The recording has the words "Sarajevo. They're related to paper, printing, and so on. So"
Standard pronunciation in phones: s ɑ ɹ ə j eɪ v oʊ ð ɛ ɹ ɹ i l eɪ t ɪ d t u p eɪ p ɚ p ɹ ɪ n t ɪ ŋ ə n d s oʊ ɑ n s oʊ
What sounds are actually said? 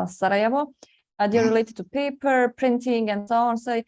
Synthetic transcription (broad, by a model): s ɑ ɹ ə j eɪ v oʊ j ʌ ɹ ɹ i l eɪ t ɪ d t u p eɪ p ɚ p ɹ ɪ n t ɪ ŋ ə n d s oʊ ɑ n s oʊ